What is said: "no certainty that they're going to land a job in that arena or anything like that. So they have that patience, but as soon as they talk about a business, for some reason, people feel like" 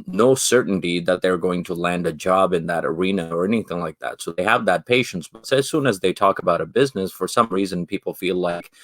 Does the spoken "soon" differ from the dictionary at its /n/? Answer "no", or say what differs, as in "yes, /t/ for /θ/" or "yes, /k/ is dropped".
no